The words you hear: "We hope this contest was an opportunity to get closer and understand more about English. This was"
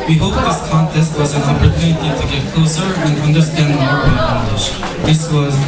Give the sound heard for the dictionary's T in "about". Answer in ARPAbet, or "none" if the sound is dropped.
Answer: none